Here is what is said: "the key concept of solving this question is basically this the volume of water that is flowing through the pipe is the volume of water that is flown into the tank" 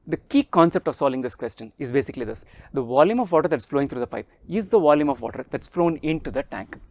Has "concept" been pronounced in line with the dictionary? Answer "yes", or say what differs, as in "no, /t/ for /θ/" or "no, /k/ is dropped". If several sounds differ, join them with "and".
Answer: yes